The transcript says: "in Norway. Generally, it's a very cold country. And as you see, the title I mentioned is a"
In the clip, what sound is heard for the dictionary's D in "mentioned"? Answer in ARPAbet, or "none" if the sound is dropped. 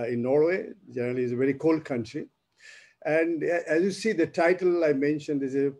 D